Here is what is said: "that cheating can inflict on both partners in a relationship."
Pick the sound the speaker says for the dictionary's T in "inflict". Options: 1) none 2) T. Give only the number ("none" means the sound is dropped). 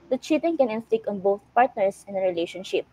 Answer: 1